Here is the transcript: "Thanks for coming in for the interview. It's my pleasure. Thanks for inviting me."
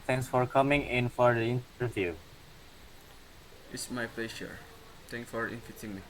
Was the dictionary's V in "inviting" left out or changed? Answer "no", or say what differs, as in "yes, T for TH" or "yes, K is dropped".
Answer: yes, F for V